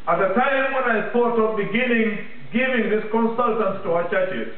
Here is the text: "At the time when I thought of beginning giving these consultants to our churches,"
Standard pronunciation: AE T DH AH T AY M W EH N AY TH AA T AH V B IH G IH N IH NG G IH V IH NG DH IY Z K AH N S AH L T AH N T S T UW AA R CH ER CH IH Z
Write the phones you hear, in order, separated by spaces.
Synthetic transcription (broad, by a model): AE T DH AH T AY M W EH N AY S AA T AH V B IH G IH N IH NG G IH V IH NG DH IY S K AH N S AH L T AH N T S T UW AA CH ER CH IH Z